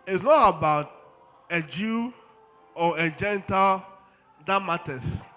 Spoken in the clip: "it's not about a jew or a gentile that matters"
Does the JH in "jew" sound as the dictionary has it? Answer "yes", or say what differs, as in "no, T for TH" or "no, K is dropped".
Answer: yes